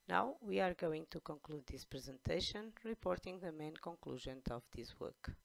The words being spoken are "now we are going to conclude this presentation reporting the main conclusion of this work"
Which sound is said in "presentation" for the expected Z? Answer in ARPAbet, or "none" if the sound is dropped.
Z